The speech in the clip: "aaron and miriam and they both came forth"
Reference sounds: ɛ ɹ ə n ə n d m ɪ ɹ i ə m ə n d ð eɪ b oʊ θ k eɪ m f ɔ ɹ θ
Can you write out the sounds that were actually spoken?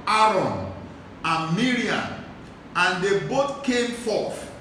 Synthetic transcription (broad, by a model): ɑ ɹ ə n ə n m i ɹ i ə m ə n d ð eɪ b oʊ t k eɪ m f ɔ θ